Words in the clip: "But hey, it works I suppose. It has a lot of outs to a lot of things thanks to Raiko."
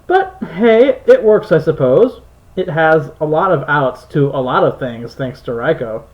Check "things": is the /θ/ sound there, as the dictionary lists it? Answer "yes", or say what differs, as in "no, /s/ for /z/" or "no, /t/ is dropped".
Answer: yes